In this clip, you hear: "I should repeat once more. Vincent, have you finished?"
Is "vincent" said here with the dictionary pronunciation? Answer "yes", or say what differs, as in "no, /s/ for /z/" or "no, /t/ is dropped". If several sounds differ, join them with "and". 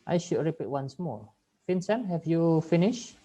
no, /f/ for /v/